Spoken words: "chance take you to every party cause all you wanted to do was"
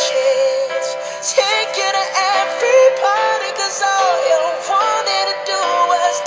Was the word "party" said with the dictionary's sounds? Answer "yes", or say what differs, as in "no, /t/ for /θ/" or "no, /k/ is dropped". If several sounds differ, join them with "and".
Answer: no, /b/ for /p/